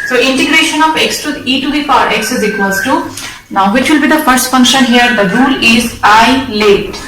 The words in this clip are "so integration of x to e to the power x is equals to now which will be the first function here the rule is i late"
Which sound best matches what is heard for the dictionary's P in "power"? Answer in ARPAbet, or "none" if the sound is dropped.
F